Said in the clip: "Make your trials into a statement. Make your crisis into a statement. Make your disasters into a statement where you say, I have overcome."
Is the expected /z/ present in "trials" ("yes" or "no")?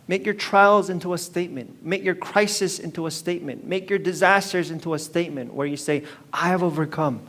yes